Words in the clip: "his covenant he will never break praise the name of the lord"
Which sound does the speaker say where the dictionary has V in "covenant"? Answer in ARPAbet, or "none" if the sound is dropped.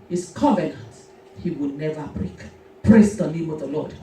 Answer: V